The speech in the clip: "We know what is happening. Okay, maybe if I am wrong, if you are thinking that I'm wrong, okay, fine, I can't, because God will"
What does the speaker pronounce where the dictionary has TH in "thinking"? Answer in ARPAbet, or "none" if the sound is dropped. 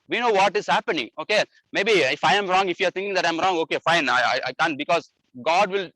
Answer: T